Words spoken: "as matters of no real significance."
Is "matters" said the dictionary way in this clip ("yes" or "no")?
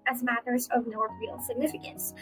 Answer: yes